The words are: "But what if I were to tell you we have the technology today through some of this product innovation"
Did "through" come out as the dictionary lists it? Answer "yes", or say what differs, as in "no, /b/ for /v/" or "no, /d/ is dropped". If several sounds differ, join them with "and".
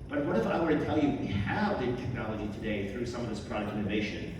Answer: yes